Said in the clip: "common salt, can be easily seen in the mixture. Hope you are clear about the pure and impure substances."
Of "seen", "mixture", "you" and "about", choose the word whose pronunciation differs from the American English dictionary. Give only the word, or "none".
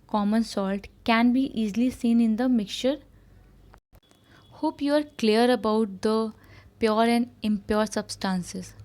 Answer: mixture